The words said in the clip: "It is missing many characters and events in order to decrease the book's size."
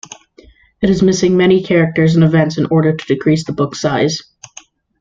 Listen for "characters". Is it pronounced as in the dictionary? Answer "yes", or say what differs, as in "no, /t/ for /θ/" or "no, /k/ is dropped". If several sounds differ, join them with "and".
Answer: yes